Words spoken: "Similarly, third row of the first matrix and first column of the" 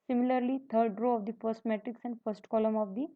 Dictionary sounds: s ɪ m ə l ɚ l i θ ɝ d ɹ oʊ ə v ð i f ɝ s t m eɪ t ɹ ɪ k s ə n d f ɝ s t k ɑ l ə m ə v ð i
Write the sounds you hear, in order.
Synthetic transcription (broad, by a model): s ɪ m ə l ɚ l i t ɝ d ɹ oʊ ə v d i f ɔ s m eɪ t ɪ k s ə n d f ɝ s t k ɑ l ə m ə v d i